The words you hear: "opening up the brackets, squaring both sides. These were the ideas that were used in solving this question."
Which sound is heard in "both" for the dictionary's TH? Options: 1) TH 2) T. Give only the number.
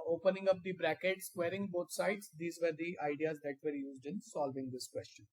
2